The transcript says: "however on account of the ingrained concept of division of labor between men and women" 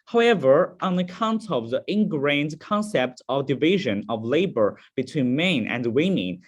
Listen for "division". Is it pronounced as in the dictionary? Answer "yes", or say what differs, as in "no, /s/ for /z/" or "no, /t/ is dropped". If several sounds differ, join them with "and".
yes